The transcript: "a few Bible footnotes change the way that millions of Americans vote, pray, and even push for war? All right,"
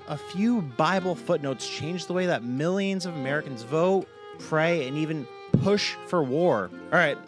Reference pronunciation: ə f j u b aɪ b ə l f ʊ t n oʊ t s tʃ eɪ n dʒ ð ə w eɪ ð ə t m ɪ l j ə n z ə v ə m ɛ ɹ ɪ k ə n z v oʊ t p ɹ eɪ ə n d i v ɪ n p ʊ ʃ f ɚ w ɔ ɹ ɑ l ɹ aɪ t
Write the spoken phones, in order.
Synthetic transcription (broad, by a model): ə f j u b aɪ b l f ʊ t n oʊ t s tʃ eɪ n dʒ ð ə w eɪ ð ə t m ɪ l j ə n z ə v ə m ɛ ɹ ɪ k ə n z v oʊ t p ɹ eɪ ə n i v ɪ n p ʊ ʃ f ɚ w ɔ ɹ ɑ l ɹ aɪ t